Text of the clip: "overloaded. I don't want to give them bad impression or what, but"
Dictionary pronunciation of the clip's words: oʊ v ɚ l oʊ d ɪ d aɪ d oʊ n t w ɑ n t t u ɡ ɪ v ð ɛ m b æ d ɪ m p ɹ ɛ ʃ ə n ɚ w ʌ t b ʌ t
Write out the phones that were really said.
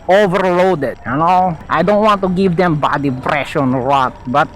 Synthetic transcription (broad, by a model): oʊ v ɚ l oʊ d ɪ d aɪ d oʊ n t w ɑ n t t u ɡ ɪ v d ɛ m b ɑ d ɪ p ɹ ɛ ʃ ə n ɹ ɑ t b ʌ t